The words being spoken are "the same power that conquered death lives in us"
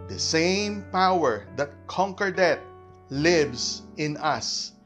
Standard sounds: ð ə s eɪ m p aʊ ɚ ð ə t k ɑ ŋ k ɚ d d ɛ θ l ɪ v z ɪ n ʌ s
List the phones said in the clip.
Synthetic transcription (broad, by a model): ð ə s eɪ m p aʊ ɚ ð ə t k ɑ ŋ k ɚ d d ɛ t l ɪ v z ɪ n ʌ s